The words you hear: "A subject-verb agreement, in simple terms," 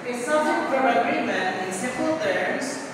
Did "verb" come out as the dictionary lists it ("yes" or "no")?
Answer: no